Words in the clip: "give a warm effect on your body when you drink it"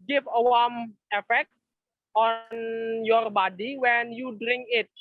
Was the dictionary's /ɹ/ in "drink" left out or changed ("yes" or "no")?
no